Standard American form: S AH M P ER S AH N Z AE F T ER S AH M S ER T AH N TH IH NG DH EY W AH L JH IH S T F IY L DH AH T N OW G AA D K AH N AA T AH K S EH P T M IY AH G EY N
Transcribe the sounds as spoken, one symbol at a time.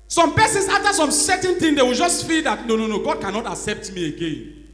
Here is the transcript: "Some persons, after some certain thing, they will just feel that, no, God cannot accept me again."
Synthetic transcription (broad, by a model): S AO M P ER S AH N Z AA F T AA S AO M S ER T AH N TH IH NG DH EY W AH L JH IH S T F IY L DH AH T N OW G AA D K AH N AA T AH K S EH P T M IY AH G EY N